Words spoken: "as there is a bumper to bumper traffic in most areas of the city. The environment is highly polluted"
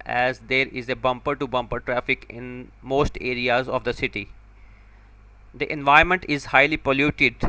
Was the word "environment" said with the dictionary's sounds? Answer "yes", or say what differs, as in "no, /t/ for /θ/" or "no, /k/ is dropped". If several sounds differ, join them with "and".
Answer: no, /ɹ/ is dropped